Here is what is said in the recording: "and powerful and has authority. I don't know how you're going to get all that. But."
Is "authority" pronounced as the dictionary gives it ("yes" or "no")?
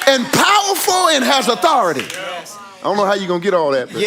yes